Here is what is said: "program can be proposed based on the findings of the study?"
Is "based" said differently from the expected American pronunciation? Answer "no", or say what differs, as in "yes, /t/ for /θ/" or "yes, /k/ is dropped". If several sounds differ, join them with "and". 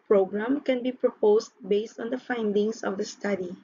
no